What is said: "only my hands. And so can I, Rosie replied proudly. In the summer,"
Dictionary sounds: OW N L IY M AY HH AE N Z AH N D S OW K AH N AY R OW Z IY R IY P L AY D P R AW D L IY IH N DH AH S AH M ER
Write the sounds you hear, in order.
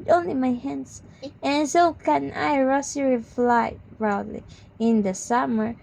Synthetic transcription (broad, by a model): OW N L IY M AY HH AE N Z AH N S OW K AH N AY R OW S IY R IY F L AY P R AW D L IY IH N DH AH S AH M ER